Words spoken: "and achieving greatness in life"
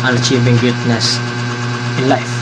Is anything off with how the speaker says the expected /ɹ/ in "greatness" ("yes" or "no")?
yes